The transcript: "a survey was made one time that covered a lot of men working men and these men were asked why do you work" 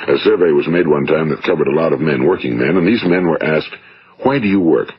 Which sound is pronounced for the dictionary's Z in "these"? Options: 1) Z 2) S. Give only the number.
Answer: 1